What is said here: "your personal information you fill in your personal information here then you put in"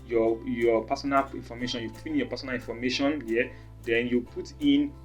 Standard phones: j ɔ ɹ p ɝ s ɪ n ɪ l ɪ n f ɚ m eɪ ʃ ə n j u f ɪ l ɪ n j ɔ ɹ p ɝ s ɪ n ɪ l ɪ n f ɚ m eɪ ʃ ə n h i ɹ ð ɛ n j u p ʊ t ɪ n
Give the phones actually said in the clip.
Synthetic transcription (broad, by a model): j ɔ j p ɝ s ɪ n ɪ l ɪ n f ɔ m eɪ ʃ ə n j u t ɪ n ɪ n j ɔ p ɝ s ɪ n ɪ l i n f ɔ m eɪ ʃ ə n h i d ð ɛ n j u p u t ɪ n